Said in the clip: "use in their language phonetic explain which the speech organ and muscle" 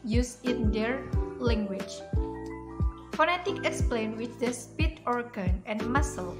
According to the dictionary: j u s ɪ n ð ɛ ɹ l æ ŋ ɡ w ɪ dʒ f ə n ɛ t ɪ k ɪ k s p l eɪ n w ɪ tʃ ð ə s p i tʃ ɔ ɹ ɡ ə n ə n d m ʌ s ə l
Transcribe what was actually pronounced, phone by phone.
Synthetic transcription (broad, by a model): j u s ɪ n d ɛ ɹ l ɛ ŋ ɡ w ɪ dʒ f ə n ɛ t ɪ k ɪ k s p l eɪ n w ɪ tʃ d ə s p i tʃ ɔ ɹ ɡ ə n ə n m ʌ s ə l